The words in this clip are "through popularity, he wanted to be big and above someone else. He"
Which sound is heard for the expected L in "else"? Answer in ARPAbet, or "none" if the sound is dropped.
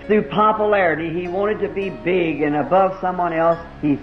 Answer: L